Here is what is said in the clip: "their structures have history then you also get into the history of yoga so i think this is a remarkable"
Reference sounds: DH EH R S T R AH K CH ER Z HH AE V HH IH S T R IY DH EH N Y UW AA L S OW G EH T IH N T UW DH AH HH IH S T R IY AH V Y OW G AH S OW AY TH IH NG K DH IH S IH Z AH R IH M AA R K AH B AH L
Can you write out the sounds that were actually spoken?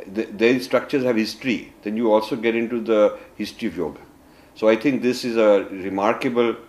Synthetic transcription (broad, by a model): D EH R S T R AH K CH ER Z HH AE V HH IH S T R IY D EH N Y UW AA L S OW G EH T IH N T UW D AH HH IH S T R IY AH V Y OW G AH S OW AY T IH NG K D IH S IH Z AH R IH M AA R K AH B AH L